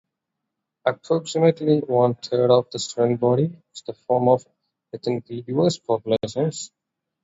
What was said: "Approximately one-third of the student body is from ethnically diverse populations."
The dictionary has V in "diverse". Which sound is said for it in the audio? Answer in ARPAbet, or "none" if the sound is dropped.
none